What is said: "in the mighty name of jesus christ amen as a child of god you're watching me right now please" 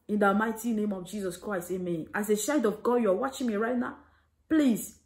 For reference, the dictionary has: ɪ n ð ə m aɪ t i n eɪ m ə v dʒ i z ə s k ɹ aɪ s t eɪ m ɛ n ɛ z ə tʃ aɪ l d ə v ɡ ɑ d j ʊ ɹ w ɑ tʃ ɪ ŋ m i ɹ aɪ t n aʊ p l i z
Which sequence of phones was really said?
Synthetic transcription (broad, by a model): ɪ n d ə m aɪ t i n eɪ m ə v dʒ i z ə s k ɹ aɪ s t eɪ m ɛ n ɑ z ə ʃ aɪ d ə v ɡ ɑ d j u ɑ w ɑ tʃ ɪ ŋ m i ɹ aɪ t n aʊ p l i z